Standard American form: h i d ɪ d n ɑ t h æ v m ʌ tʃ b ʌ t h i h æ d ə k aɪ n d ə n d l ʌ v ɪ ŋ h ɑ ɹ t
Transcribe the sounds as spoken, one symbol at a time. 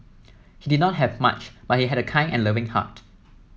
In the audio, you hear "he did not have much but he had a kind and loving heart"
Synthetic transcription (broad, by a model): h i d ɪ d n ɑ t h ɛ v m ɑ tʃ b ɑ t h i h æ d ə k aɪ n ə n l ʌ v ɪ ŋ h ɑ t